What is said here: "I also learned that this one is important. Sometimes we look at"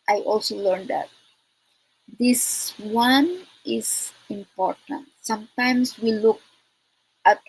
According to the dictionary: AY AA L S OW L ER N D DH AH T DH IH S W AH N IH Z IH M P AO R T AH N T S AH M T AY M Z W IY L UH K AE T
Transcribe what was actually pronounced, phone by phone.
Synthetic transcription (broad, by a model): AY AA L S OW L ER N D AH T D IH S W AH N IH S IH M P AO R T AH N T S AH M T AY M S W IY L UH K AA T